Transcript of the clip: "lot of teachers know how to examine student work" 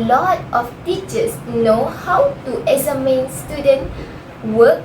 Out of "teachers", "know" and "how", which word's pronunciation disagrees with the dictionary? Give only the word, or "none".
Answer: teachers